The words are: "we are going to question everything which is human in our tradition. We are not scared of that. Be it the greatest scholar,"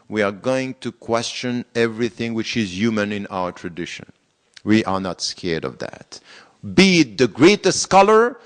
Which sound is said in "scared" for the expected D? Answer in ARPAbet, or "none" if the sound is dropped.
D